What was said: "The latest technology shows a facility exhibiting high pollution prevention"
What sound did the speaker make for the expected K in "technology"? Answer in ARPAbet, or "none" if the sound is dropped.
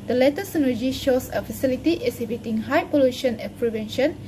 none